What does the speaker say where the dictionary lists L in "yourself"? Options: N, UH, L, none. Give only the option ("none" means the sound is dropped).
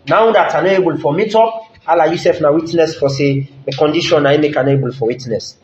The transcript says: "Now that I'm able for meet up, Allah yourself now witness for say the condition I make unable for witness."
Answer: none